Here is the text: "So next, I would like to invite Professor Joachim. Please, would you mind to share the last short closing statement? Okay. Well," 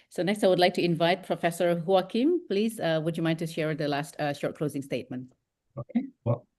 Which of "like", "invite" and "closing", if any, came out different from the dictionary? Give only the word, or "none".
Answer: none